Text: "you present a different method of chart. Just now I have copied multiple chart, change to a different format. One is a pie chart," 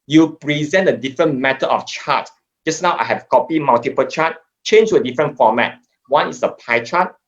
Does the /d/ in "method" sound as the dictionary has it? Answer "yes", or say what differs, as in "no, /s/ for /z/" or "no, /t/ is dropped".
no, /d/ is dropped